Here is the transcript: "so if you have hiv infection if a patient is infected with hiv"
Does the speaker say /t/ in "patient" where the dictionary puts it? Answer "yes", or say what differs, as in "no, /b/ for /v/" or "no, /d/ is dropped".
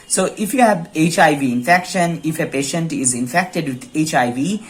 yes